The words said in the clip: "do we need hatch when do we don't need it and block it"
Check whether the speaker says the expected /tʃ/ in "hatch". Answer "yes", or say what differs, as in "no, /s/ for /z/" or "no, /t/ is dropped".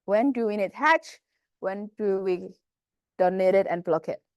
yes